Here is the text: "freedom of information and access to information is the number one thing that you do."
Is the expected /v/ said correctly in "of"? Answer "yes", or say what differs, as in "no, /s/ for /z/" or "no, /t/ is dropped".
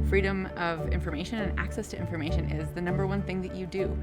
yes